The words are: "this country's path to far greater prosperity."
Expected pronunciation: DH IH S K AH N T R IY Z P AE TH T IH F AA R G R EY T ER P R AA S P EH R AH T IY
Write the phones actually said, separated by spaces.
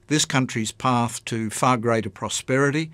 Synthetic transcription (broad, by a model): DH IH S K AH N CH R IY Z P AE TH T IH F AA R G R EY T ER P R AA S P EH R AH T IY